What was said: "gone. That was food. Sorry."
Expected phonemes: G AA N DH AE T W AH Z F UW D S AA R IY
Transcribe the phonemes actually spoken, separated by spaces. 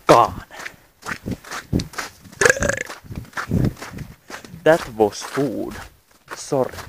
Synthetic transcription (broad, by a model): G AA N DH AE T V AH S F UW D S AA R